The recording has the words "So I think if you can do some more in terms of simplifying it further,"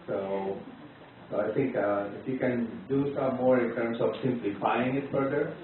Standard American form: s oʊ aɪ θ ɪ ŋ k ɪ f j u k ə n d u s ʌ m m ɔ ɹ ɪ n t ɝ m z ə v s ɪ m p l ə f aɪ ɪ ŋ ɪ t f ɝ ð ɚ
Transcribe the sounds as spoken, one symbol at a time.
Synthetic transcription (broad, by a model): s oʊ aɪ t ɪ ŋ k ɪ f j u k ə n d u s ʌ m m ɔ ɹ ɪ n t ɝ m s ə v s ɪ m p l ə f aɪ ɪ ŋ ɪ t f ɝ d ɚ